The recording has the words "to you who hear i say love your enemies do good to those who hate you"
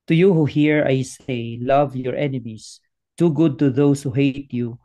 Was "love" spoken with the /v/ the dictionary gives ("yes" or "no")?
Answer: yes